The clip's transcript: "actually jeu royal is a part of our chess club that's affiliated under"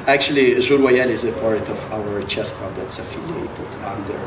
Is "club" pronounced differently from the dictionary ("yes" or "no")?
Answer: yes